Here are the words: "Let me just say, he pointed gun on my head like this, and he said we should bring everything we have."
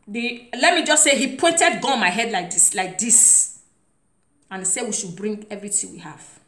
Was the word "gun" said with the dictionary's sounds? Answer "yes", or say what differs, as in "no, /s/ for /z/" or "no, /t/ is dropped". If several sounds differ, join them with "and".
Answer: no, /n/ is dropped